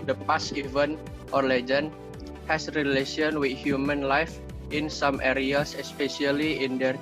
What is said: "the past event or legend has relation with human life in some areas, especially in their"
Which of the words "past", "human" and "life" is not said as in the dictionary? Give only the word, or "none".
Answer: past